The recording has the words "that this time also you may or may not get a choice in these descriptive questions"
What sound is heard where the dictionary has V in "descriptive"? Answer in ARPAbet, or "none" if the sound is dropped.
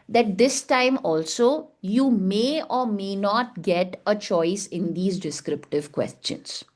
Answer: V